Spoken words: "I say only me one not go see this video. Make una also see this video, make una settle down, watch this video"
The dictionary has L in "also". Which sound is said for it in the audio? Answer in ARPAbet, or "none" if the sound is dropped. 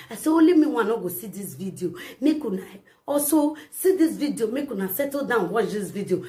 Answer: none